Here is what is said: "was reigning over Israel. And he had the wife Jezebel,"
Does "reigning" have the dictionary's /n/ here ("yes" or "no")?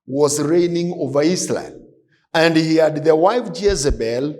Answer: yes